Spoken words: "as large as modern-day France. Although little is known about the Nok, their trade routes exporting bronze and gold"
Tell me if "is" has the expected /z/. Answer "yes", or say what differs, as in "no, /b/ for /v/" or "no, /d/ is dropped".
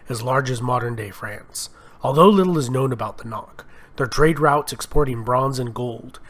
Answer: yes